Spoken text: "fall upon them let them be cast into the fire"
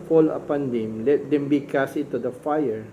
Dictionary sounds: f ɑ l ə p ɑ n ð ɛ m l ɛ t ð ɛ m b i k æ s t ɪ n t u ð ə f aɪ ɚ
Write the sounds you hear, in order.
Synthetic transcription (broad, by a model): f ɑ l ə p ɑ n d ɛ m l ɛ t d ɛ m b i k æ s ɪ t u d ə f aɪ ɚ